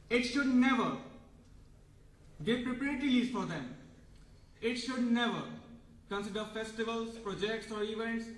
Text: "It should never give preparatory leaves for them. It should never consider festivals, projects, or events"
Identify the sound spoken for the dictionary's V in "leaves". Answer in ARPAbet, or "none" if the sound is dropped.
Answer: none